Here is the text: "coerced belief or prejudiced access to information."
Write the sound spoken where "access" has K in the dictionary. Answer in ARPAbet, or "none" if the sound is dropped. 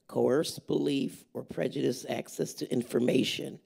K